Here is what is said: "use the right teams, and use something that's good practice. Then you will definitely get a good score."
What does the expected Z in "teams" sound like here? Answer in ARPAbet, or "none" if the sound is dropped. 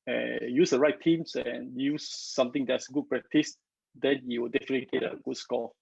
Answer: S